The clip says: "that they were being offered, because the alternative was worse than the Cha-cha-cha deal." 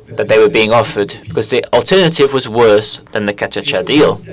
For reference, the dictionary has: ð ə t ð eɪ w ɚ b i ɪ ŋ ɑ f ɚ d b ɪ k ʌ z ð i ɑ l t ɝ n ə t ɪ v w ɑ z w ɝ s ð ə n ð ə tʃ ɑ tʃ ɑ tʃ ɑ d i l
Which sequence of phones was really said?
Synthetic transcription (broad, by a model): ð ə t ð eɪ w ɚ b i ɪ ŋ ɑ f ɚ d b ɪ k ʌ z ð i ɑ l t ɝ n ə t ɪ v w ɑ z w ɝ s ð ə n ð ə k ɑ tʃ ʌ tʃ ɑ d i l